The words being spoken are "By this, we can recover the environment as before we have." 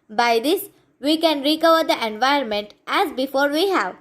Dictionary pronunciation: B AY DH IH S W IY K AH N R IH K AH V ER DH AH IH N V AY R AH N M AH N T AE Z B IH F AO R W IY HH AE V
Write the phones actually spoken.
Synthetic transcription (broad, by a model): B AY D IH S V IY K AH N R IH K AH V ER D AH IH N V AY AH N M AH N T AE Z B IH F AO R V IY HH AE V